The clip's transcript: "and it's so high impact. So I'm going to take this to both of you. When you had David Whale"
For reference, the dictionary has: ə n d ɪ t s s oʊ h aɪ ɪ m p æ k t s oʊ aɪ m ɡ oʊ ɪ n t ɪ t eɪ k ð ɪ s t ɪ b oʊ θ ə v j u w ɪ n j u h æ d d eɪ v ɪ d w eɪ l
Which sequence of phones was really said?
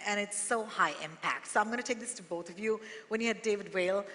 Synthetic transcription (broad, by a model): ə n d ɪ t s s oʊ h aɪ ɪ m p æ k t s oʊ aɪ m ɡ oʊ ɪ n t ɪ t eɪ k ð ɪ s t ɪ b oʊ θ ə v j u w ɪ n j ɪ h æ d d eɪ v ɪ d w eɪ l